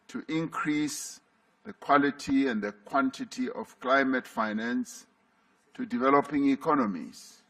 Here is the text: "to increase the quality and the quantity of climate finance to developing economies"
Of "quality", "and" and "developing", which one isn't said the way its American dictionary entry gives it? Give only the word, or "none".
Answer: none